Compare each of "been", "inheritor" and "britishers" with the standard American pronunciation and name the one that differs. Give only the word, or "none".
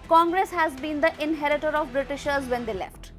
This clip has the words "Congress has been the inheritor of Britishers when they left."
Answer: none